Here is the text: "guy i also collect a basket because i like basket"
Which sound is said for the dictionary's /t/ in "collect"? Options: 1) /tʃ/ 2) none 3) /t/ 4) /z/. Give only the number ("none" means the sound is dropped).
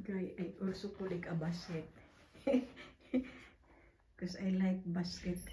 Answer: 2